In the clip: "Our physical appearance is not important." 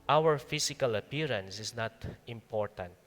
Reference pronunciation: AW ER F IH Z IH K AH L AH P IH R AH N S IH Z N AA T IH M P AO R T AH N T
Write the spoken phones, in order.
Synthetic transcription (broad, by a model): AW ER F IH S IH K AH L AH P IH R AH N S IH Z N AA T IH M P AO R T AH N T